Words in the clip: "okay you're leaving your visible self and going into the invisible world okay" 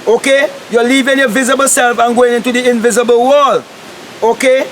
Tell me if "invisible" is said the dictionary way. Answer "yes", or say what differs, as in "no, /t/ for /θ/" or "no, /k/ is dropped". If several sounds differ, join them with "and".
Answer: yes